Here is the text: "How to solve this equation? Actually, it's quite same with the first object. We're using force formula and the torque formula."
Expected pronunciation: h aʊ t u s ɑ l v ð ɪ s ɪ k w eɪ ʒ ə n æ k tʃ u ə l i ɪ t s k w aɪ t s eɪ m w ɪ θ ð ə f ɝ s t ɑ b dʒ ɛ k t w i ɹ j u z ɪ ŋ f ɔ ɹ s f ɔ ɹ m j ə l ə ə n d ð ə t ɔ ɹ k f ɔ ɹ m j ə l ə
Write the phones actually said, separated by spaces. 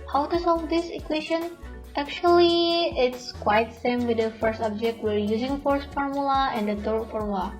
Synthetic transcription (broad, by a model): h aʊ t u s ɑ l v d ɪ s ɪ k w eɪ ʃ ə n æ k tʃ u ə l i ɪ t s k w aɪ t s eɪ m w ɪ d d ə f ɝ s t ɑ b dʒ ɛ k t w i ɹ j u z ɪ ŋ f ɔ ɹ s f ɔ ɹ m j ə l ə ə n d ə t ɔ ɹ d f ɔ ɹ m l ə